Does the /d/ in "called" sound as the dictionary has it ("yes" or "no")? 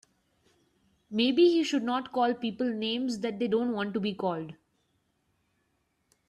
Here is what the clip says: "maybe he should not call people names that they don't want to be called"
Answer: yes